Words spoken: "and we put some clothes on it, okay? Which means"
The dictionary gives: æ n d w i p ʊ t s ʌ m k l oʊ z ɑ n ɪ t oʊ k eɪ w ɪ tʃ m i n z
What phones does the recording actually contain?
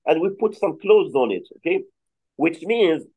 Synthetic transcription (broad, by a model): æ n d w i p ʊ t s ʌ m k l oʊ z ɑ n ɪ t oʊ k eɪ w ɪ tʃ m i n z